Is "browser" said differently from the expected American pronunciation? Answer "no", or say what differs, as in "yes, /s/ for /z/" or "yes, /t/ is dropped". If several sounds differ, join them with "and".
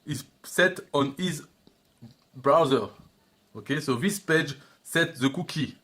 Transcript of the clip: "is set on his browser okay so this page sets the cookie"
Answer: no